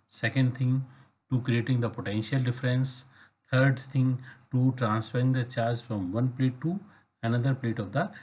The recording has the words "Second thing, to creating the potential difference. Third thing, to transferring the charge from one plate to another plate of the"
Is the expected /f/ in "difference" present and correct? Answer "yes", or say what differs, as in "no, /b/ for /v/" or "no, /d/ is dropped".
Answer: yes